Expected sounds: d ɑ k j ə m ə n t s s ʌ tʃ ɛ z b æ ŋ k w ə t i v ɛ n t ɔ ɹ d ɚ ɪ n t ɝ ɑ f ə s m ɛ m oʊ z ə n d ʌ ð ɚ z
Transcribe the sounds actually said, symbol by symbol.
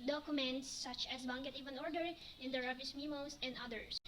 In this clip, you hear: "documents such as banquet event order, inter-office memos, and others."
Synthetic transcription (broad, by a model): d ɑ k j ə m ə n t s s ʌ tʃ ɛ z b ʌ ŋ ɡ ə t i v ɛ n ɔ ɹ d ɚ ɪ n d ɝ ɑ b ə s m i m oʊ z ə n d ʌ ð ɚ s